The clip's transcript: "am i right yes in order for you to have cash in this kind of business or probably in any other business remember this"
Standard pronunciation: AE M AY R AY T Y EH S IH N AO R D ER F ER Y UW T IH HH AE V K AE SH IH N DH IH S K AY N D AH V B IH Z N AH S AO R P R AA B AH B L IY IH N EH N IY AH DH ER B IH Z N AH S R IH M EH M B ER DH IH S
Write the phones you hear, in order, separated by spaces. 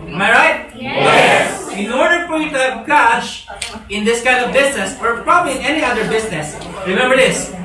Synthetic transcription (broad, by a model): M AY R AY T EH IH N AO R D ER P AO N T IH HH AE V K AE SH IH N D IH S K AY N D AH V B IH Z N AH S AO R P R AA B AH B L IY IH N EH N IY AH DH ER B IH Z N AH S R IH M EH M B ER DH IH S